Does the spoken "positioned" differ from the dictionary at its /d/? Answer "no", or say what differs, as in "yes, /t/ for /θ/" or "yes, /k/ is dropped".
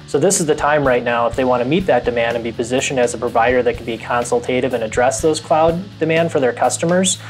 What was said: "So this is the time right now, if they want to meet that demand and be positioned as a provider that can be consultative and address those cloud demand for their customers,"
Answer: no